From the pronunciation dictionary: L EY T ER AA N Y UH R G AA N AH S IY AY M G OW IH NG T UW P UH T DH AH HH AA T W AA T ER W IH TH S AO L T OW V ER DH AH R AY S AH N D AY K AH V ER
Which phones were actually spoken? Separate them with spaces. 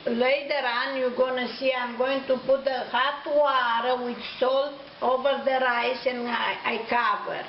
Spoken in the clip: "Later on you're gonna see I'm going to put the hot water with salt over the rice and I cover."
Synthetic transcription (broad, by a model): L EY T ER AA N Y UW G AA N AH S IY AY M G OW IH NG T UW P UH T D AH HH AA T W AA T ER W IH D S AO L T OW V ER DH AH R AY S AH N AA AY K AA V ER